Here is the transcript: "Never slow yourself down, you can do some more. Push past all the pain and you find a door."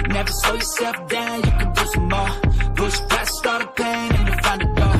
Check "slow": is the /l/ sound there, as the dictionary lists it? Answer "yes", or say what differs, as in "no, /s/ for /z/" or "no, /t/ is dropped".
no, /l/ is dropped